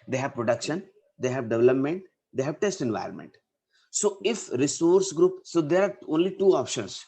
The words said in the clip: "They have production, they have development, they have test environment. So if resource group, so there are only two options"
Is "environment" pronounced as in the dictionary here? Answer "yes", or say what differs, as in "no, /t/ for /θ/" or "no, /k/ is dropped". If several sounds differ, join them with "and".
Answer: yes